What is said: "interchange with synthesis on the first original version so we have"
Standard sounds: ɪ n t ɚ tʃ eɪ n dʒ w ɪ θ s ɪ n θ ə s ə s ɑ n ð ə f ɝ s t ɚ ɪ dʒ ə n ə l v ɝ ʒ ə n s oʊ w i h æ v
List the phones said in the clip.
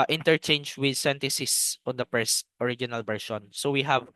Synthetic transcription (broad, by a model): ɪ n t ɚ tʃ eɪ n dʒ w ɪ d s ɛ n t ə s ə s ɑ n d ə p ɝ s t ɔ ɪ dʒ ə n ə l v ɝ ʃ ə n s oʊ w i h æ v